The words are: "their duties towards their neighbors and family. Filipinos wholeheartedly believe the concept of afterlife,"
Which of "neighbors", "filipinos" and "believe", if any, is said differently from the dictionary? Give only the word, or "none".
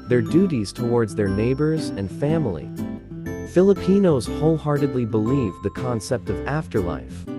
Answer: none